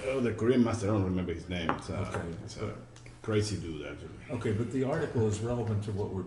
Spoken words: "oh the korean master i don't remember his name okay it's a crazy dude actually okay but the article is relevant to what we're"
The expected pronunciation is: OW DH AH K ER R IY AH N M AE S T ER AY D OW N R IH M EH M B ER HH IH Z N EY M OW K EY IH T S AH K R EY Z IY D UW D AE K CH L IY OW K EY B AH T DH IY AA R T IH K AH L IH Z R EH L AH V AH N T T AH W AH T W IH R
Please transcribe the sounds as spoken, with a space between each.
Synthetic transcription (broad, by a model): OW DH AH K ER R IY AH N M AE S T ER D OW N R IH M EH M B ER HH IH Z N EY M OW K EY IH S K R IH S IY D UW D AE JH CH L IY OW K EY B AH T DH IY AA R T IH K L IH Z R EH L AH V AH N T T AH W AH T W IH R